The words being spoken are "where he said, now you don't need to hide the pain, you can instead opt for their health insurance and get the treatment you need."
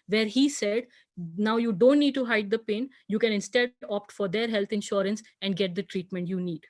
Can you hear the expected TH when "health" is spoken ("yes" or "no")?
no